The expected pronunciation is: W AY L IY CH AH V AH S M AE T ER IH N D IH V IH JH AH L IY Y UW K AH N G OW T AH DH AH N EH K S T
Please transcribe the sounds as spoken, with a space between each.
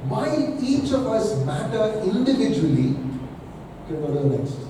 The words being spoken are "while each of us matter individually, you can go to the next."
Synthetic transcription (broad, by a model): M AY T IY CH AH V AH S M AE T ER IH N D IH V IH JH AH W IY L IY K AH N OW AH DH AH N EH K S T